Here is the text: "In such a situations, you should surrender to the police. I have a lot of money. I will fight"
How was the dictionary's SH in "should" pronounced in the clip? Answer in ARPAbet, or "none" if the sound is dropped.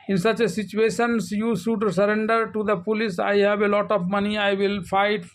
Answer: S